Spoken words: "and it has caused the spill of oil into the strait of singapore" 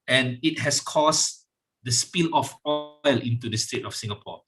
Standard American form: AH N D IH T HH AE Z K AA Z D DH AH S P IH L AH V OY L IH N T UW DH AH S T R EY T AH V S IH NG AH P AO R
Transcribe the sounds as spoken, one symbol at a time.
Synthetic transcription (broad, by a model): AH N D IH T HH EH S K AA S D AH S P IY L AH F OY L IH N T UW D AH S T EY T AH F S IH NG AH P AO